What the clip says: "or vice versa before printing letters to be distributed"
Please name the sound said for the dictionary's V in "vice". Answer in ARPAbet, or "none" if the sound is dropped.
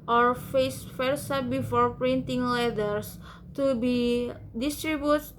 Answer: F